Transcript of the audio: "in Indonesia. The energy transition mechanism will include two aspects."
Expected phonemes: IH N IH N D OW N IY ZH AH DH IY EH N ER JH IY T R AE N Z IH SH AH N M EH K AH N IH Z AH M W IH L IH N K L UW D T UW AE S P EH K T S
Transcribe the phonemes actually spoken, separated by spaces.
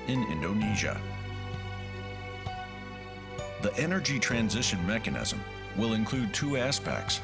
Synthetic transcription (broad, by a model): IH N IH N D OW N IY ZH AH DH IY EH N ER JH IY T R AE N Z IH SH AH N M EH K AH N IH Z AH M W IH L IH N K L UW D T UW AE S P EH K T S